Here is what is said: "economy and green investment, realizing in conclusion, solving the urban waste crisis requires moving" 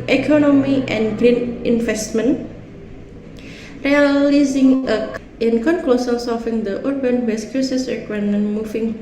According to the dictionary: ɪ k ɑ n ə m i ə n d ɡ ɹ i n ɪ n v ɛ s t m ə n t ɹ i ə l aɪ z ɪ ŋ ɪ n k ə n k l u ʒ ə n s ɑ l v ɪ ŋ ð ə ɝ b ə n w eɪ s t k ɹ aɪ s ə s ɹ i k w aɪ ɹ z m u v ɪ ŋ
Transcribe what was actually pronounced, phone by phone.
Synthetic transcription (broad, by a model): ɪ k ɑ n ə m i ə n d ɡ ɹ i n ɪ n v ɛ s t m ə n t ɹ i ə l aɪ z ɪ ŋ ɪ n k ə n k l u s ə l s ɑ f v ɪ ŋ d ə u b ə n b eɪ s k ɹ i s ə s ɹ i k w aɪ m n m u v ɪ ŋ